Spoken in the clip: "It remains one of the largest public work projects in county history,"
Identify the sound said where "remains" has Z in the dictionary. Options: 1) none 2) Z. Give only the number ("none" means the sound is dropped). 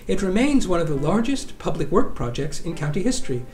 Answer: 2